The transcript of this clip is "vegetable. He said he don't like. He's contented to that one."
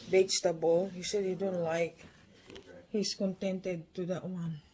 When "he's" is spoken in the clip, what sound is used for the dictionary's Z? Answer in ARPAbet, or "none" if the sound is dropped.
S